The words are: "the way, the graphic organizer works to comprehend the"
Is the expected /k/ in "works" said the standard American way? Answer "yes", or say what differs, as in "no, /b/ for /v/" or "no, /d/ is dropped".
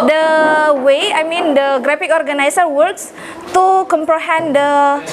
yes